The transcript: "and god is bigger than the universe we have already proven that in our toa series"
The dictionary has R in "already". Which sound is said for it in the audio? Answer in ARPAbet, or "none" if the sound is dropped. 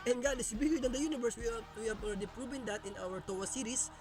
L